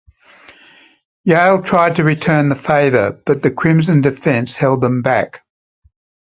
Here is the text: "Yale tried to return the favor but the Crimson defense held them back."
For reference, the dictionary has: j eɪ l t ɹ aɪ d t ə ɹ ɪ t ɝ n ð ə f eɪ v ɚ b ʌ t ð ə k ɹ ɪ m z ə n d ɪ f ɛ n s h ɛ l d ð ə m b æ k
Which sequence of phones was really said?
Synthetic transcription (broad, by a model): j eɪ l t ɹ aɪ d t ə ɹ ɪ t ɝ n ð ə f eɪ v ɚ b ʌ t ð ə k ɹ ɪ m z ə n d ɪ f ɛ n s h ɛ l d ð ə m b æ k